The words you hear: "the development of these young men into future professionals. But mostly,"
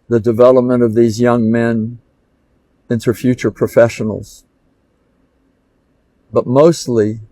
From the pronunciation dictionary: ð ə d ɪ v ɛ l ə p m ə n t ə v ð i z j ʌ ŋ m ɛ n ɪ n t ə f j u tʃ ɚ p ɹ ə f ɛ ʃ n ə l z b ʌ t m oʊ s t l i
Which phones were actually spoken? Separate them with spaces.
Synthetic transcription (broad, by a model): ð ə d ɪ v ɛ l ə p m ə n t ə v ð i z j ʌ ŋ m ɛ n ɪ n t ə f j u tʃ ɚ p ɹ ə f ɛ ʃ n l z b ʌ t m oʊ s t l i